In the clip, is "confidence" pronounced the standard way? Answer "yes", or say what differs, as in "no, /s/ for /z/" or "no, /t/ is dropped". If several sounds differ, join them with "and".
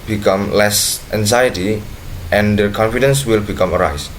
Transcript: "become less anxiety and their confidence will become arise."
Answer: yes